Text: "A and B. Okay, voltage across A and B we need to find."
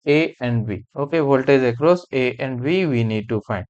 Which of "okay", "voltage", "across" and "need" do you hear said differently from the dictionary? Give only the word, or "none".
voltage